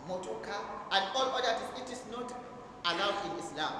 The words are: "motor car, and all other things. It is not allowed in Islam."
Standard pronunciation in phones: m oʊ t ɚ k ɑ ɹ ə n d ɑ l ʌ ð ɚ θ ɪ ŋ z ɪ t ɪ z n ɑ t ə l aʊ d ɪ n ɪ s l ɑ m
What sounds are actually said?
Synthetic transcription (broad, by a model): m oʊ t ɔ k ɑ ə n d ɑ l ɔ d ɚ t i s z ɪ t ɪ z n ɑ t ə l aʊ d ɪ n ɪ s l ɑ m